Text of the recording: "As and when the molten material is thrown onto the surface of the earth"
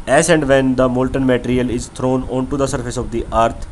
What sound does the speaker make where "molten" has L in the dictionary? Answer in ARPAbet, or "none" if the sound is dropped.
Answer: L